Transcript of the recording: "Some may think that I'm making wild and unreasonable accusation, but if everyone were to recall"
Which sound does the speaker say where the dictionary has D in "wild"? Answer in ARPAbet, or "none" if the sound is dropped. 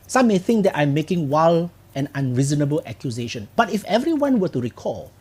none